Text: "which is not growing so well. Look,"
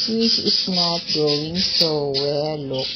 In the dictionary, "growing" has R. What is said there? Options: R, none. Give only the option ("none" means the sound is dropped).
none